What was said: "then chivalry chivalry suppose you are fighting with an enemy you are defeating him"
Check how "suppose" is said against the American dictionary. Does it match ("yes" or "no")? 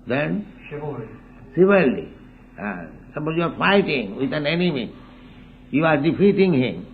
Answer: no